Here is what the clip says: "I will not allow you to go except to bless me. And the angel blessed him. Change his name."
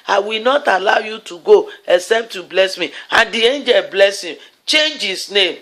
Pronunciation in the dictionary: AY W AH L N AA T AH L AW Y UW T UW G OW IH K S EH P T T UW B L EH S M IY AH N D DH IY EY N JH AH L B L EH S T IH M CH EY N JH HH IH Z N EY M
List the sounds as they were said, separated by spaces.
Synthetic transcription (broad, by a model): AY W AH L N AA T AH L AW Y UW T UW G OW IH K S EH P T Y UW B L EH S M IY AH N D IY EY N JH AH L B L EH S IH M CH EY N JH HH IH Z N EY M